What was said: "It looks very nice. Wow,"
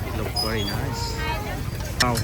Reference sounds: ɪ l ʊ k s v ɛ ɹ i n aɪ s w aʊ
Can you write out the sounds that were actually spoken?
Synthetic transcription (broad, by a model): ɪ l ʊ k v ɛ ɹ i n aɪ s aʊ